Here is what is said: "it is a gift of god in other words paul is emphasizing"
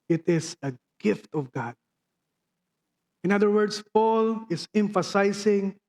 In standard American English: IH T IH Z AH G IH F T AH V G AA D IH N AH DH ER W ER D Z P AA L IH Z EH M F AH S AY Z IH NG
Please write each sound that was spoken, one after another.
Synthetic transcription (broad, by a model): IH T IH S AH G IH F T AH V G AA D IH N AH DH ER W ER D S P AA L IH S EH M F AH S AY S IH NG